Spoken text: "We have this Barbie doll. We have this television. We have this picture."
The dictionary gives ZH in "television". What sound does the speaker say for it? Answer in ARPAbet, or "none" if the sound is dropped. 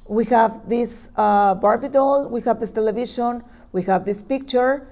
SH